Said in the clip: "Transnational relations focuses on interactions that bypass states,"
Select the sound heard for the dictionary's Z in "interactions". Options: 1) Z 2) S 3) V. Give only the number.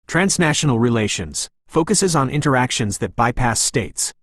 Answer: 1